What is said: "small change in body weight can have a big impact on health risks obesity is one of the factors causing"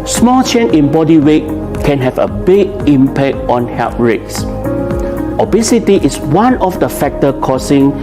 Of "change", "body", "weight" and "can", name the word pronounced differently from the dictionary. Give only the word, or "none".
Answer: change